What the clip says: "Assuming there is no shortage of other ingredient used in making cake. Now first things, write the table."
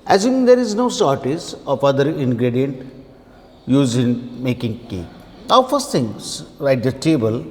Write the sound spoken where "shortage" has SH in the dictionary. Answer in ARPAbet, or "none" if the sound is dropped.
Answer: S